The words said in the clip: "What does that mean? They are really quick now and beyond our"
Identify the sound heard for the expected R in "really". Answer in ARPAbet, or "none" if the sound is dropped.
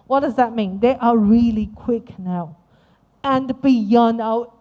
R